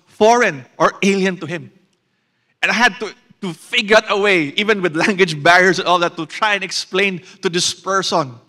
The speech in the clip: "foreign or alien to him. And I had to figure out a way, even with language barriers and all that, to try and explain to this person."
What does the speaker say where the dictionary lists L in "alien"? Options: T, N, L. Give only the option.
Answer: L